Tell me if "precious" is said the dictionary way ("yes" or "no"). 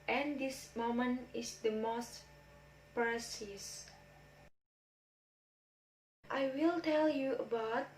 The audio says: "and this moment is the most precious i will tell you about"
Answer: no